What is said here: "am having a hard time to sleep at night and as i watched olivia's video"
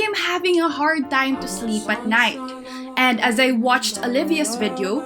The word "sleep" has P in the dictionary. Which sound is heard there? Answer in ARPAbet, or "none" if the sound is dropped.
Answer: P